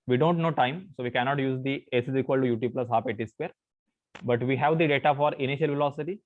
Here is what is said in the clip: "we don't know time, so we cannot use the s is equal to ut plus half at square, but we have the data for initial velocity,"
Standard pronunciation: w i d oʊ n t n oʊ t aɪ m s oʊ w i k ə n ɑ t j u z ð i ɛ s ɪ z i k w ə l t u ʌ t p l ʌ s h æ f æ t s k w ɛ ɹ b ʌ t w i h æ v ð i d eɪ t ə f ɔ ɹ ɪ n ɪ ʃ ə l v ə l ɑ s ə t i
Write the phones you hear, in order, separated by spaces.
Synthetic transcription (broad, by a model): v i d oʊ n t n oʊ t aɪ m s oʊ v i k ə n ɑ t j u z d i ɛ s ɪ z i k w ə l t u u t p l ʌ s h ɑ p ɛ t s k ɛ ɹ b ʌ t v i h æ v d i d eɪ t ə f ɔ ɹ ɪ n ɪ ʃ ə l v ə l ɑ s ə t i